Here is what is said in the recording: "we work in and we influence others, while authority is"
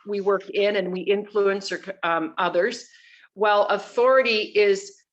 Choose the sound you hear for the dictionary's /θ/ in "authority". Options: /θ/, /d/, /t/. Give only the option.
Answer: /θ/